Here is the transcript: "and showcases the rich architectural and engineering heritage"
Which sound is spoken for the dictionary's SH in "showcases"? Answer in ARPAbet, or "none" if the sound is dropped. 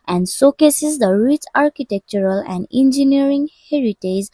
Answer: S